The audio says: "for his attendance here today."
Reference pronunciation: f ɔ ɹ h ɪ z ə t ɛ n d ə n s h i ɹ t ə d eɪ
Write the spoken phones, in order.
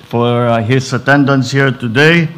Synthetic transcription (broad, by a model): f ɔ ɹ h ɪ s ə t ɛ n d ə n s h i ɹ t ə d eɪ